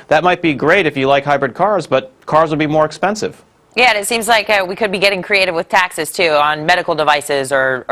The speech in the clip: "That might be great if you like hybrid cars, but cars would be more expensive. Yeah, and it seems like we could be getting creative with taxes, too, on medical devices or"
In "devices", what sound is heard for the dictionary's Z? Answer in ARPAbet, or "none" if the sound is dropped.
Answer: Z